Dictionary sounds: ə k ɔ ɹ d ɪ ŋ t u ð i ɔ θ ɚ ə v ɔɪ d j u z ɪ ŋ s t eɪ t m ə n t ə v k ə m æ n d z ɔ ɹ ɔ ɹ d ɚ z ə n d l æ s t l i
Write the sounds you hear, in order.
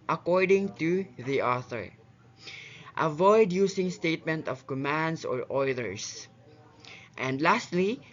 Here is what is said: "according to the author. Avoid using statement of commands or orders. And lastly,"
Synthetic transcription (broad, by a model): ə k ɔ ɹ d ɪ ŋ t u ð i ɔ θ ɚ ə v ɔɪ d j u s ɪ ŋ s t eɪ t m ə n t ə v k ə m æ n d s ɔ ɹ ɔ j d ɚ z ə n d l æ s t l i